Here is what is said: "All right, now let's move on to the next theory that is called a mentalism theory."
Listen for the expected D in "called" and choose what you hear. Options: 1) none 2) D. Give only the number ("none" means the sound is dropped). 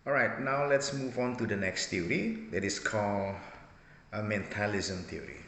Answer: 1